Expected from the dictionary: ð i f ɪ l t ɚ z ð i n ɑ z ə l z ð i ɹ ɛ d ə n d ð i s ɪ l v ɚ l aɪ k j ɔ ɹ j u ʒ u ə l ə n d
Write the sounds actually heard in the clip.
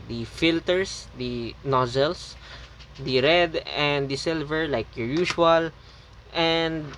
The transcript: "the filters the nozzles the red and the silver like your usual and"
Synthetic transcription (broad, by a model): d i f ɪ l t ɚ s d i n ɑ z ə l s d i ɹ ɛ d ə n d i s ɪ l v ɚ l aɪ k j ɔ ɹ j u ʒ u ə l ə n d